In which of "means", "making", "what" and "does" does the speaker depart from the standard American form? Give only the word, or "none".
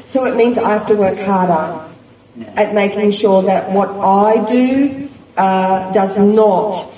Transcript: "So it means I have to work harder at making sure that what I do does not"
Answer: none